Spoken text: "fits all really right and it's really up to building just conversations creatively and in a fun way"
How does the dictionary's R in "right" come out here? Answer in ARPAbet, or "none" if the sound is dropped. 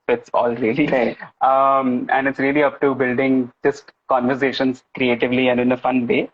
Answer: L